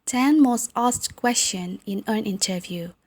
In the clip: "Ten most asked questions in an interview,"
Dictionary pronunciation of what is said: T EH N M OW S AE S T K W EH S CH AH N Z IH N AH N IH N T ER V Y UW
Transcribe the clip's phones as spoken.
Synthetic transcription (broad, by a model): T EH N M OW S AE S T K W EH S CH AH N IH N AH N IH N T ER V Y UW